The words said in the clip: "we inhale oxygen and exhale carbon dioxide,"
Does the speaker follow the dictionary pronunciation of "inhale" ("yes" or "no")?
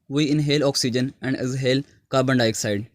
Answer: yes